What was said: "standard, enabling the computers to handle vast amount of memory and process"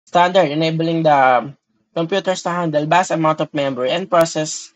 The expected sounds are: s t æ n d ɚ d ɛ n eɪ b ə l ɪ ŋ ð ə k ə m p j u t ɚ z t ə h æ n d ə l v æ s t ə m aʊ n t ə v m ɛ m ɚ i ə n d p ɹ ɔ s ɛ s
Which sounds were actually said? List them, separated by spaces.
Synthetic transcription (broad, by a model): s t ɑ n d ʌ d ɛ n eɪ b ə l ɪ ŋ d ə k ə m p j u t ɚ s t ə h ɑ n d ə l b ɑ s ə m aʊ n t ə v m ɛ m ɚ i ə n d p ɹ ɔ s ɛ s